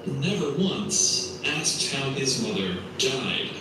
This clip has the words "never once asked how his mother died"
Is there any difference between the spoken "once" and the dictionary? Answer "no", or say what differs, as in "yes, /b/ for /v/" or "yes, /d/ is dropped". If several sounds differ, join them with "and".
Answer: no